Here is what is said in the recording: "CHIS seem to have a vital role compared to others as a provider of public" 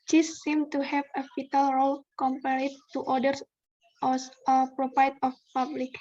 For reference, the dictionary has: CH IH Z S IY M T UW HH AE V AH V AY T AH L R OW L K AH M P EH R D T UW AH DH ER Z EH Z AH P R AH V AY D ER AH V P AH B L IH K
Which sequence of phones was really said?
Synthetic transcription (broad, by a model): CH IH S IY M T UW HH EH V AH F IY T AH L R OW L K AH M P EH R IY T UW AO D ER S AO S AH P R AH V AY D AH F P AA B L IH K